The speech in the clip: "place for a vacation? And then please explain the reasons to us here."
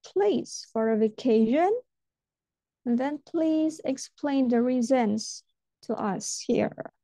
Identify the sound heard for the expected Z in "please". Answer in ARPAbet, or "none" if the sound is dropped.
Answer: Z